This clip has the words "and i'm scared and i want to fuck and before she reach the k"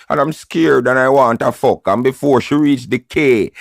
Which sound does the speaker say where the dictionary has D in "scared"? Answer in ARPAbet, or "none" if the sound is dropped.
D